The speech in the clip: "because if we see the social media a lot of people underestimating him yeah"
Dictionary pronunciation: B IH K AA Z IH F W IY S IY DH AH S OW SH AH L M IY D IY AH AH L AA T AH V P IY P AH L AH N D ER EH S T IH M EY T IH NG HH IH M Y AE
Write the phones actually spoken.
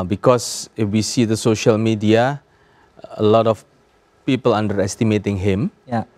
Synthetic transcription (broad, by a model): B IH K AA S IH F W IY S IY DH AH S OW SH AH L M IY D IY AH AH L AA T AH F P IY P AH L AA N D ER EH S T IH M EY T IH NG HH IH M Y